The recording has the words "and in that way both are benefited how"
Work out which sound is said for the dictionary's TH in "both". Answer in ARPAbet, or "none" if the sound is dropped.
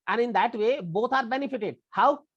T